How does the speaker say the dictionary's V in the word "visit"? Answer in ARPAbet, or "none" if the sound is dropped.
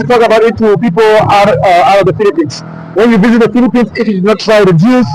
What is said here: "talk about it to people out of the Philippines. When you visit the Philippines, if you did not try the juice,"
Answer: V